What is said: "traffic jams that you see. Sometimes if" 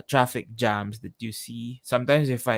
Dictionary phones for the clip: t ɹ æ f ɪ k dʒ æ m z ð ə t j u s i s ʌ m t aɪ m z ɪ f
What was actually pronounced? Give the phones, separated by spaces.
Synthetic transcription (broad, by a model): t ɹ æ f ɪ k dʒ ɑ m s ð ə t j u s i s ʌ m t aɪ m s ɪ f